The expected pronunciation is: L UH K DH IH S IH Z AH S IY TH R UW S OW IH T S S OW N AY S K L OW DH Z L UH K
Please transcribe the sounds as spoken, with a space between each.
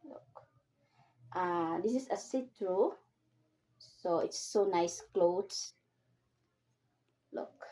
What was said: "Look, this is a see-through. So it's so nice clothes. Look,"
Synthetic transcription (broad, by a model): L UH K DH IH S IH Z AH S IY T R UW S OW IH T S S OW N AY S K L OW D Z L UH K